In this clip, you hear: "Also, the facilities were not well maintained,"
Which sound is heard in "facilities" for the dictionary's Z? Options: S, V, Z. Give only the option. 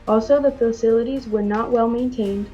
Z